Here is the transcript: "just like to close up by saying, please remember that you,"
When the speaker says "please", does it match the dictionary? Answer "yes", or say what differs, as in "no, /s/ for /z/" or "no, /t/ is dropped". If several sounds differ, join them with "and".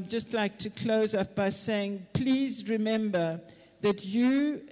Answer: yes